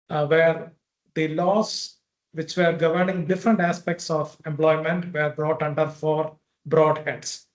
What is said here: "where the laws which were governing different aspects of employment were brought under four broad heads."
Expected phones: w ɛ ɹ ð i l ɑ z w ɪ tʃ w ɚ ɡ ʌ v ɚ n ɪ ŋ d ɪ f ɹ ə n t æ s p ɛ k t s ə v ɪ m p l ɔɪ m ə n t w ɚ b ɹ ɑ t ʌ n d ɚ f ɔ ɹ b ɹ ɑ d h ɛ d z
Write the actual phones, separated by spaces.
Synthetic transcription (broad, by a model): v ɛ ɹ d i l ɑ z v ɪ tʃ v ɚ ɡ ʌ v ɚ n ɪ ŋ d ɪ f ɹ ə n t æ s p ɛ k t s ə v ɪ m p l ɔɪ m ə n t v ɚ b ɹ ɑ t ʌ n d ɚ f ɔ ɹ b ɹ ɑ d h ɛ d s